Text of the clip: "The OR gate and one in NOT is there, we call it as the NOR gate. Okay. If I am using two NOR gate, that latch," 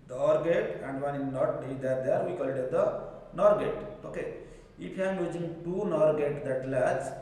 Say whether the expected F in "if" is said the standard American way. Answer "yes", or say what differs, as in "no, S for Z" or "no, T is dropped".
no, P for F